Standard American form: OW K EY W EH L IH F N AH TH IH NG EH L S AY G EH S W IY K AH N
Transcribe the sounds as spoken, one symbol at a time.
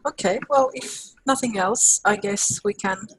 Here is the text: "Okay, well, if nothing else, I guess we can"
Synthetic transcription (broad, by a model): OW K EY W EH L IH F N AH TH IH NG EH L S AY G EH S W IY K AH N